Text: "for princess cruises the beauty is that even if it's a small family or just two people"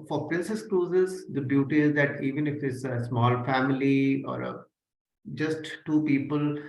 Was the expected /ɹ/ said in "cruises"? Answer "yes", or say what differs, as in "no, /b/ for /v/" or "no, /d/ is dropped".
no, /l/ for /ɹ/